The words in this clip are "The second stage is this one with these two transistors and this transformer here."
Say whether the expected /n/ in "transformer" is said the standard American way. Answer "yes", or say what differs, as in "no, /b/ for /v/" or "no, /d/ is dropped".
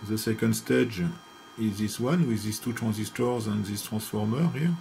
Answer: no, /n/ is dropped